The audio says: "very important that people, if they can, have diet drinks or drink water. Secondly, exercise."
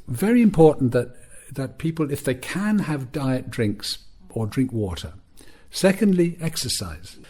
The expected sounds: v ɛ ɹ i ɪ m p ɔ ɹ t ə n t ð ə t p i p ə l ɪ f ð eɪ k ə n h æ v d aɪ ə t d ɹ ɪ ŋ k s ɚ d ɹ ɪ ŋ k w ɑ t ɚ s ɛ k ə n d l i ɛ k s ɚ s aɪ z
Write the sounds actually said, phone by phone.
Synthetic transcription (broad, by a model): v ɛ ɹ i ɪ m p ɔ ɹ t n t ð ə t p i p ə l ɪ f ð eɪ k ə n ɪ v d aɪ ə t d ɹ ɪ ŋ k s ɚ d ɹ ɪ ŋ k w ɑ t ɚ s ɛ k ə n d l i ɛ k s ɚ s aɪ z